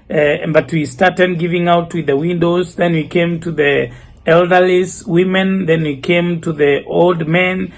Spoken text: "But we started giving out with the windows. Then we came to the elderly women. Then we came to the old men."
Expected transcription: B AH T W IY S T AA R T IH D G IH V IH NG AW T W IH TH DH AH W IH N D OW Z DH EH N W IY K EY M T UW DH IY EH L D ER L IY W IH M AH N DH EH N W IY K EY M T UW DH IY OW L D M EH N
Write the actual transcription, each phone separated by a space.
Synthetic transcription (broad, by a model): B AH T W IY S T AA R T IH D G IH V IH NG AW T W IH DH AH W IH N D OW Z DH EH N W IY K EY M T UW DH IY EH L D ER L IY W IH M AH N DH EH N W IY K EY M T UW DH IY OW L D M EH N